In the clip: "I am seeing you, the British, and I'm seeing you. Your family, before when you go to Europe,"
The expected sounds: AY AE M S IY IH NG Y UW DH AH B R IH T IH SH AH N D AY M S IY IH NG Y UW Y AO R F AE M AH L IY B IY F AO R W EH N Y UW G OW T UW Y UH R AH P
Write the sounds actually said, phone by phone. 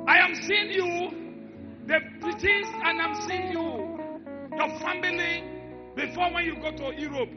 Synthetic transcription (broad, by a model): AY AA M S IY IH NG Y UW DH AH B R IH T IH S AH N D AY M S IY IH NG Y UW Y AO F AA M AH L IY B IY F AO W EH N Y UW G OW T UW Y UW R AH P